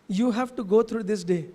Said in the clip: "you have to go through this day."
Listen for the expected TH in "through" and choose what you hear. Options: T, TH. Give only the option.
T